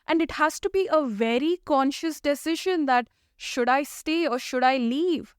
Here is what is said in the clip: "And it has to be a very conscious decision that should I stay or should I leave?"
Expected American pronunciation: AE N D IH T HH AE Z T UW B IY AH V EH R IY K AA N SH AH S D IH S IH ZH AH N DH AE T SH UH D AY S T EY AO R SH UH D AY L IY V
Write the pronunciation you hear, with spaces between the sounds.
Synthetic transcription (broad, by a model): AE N D IH T HH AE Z T UW B IY AH V EH R IY K AA N SH AH S D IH S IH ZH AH N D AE T SH UH D AY S T EY AO R SH UH D AY L IY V